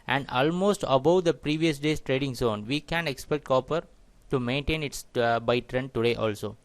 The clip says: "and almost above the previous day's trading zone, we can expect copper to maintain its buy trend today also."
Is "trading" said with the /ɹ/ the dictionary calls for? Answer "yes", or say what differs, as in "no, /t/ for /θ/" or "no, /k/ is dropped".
yes